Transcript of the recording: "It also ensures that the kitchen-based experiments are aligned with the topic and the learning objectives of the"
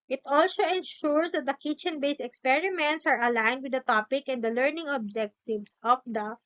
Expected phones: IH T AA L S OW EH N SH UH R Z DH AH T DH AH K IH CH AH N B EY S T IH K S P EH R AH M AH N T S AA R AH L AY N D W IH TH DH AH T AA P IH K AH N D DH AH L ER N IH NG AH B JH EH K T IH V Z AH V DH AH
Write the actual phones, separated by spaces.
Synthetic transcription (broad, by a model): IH T AA L S OW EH N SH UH R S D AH T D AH K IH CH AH N B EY S IH K S P EH R AH M AH N T S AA R AH L AY N D W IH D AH T AA P IH K AH N D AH L ER N IH NG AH B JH EH K T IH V S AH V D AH